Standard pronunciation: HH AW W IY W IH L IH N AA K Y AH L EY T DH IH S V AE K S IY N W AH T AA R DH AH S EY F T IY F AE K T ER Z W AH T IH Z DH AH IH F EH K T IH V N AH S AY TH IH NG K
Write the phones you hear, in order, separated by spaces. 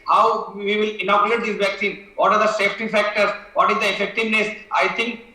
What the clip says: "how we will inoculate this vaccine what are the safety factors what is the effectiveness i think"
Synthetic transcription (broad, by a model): HH AW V IY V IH L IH N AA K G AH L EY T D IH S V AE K S IY N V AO T AA R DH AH S EY F T IY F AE K T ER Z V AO T IH Z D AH IH F EH K T IH V N AH S AY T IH NG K